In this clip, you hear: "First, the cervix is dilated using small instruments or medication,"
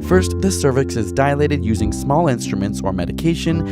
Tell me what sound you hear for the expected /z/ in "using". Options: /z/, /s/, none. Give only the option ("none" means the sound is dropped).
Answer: /z/